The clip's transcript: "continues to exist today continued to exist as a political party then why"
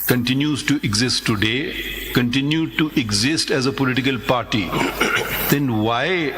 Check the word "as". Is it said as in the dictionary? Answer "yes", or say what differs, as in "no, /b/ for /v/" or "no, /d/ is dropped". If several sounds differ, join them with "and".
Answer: yes